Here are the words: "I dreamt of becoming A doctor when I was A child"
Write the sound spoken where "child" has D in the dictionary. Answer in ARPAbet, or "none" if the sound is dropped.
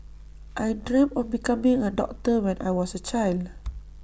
D